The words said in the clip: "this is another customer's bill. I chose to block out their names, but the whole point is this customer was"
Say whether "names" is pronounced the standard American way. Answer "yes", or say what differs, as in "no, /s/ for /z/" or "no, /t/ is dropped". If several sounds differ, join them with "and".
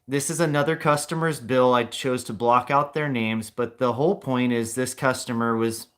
yes